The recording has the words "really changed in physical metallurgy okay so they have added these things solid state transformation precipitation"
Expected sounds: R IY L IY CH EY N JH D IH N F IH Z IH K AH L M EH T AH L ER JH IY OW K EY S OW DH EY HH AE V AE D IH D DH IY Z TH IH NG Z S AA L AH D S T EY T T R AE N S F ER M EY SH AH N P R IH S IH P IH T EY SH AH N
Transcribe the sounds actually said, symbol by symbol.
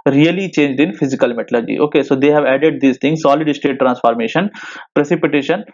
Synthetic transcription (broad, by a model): R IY L IY CH EY N JH D IH N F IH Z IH K AH L M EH T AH L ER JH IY OW K EY S OW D EY HH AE V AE D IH D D IY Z T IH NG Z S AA L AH D S T EY T T R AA N S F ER M EY SH AH N P R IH S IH P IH T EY SH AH N